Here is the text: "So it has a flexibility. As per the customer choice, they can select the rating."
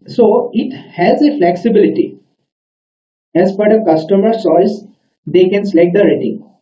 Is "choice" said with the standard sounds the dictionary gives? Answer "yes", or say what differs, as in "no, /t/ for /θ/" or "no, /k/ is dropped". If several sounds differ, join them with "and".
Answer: no, /s/ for /tʃ/